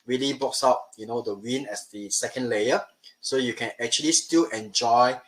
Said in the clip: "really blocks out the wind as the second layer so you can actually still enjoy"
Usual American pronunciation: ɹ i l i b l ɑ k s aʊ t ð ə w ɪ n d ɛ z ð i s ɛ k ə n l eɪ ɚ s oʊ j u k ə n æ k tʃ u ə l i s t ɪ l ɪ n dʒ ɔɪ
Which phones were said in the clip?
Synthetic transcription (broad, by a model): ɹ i l i b ɑ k s aʊ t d ə w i n ɛ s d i s ɛ k ə n l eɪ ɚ s oʊ j u k ə n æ k tʃ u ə l i s t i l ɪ n dʒ ɔɪ